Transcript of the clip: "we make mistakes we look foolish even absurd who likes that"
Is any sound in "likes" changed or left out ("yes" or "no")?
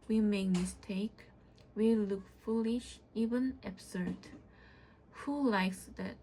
no